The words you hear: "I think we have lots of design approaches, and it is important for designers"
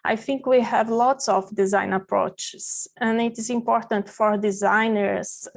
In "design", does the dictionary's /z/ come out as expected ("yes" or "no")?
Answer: yes